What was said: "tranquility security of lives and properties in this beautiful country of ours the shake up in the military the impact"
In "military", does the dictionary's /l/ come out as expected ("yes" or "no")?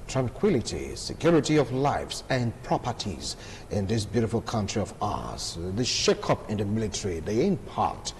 yes